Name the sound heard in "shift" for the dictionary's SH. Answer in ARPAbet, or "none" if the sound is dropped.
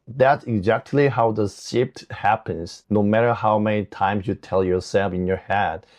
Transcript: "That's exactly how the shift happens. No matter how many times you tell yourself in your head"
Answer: S